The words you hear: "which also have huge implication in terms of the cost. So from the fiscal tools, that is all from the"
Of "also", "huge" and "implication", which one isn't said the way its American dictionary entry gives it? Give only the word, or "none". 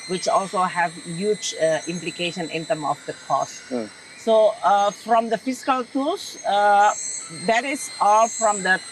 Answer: none